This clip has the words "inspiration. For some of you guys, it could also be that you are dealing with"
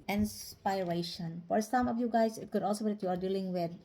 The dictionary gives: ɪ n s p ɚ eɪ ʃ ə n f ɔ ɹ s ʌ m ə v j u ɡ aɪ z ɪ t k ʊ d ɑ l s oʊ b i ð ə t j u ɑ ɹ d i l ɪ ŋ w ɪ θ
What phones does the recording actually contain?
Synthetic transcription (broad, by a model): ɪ n s p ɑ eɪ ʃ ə n f ɔ ɹ s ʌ m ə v j u ɡ aɪ s ɪ t k ʊ d ɑ l s oʊ b i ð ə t j u ɑ ɹ d i l ɪ ŋ w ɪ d